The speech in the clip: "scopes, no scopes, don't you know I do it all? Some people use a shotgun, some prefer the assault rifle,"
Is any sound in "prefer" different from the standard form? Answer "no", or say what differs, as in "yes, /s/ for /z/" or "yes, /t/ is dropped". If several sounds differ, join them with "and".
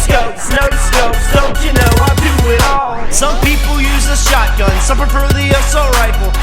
yes, /p/ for /f/